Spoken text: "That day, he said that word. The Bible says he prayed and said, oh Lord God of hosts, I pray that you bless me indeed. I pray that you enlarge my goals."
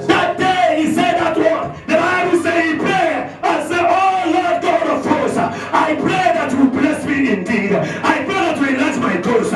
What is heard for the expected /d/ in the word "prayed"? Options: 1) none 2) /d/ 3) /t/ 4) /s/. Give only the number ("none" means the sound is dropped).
1